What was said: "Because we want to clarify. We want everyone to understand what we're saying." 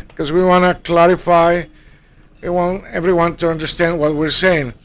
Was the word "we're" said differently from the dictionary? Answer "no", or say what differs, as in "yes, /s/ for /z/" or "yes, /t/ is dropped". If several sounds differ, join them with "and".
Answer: no